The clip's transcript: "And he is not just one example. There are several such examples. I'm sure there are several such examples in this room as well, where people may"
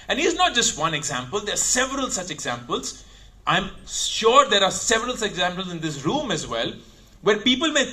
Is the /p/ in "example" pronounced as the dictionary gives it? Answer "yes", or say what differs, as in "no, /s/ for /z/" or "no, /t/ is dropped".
yes